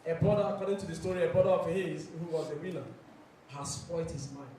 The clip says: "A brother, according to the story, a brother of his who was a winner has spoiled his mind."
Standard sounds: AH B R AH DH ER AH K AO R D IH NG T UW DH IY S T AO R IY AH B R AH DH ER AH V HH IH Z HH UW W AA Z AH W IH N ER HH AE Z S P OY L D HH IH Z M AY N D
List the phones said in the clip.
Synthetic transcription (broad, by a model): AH B R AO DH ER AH K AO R D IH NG T UW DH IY S T AO R IY AH B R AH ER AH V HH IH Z HH UW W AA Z AH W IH L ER HH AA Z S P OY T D HH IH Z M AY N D